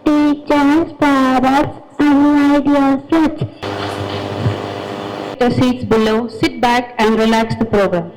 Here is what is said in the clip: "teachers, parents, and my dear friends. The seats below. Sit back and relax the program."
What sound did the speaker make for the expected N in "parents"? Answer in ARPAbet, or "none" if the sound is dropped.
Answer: none